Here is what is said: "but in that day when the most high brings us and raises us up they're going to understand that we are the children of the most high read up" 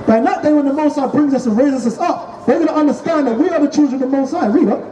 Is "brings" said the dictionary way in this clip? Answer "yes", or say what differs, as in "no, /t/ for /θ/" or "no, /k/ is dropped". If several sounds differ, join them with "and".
yes